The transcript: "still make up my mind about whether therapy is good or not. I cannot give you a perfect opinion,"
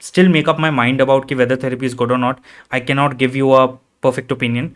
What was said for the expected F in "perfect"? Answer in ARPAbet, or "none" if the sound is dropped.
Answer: F